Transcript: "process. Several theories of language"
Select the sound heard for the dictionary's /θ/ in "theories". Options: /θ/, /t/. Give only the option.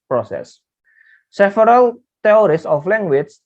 /t/